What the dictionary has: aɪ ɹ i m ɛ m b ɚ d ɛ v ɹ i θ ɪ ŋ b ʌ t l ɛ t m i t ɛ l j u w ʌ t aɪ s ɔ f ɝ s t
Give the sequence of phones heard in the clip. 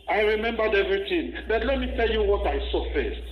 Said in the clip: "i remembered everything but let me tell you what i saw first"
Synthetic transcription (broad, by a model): aɪ ɹ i m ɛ m b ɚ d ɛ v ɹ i t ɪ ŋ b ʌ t l ɛ t m i t ɛ l j u w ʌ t aɪ s ɔ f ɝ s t